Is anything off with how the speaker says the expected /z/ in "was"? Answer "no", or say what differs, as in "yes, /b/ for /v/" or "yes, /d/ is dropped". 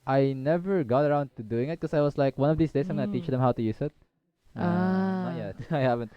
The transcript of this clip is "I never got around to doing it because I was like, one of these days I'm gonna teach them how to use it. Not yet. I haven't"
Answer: yes, /s/ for /z/